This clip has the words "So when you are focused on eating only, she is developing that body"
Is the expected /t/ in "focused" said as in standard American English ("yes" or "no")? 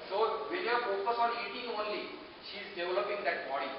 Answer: no